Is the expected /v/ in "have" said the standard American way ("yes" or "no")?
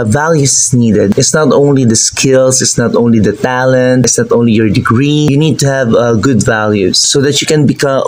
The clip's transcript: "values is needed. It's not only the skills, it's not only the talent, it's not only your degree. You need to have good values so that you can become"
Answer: yes